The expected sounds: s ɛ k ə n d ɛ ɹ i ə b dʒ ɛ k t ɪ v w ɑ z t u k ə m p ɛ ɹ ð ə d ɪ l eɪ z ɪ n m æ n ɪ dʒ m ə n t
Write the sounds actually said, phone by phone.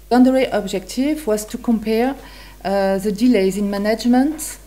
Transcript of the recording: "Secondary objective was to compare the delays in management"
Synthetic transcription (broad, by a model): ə n d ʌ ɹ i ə b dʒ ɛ k t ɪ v w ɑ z t u k ə m p ɛ ɹ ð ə d ɪ l eɪ z ɪ n m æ n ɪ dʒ m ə n t